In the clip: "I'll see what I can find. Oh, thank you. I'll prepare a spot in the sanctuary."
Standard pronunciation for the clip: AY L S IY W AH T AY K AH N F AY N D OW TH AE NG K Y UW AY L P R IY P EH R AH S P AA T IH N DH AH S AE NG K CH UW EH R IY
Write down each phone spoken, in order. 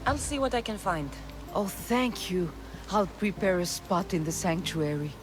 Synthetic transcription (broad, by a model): AY L S IY W AH T AY K AH N F AY N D OW TH AE NG K Y UW AY L P R IY P EH R AH S P AA T IH N DH AH S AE NG K CH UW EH R IY